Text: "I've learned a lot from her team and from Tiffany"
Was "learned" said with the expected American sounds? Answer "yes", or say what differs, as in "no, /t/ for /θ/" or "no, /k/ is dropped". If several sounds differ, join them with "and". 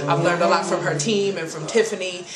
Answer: yes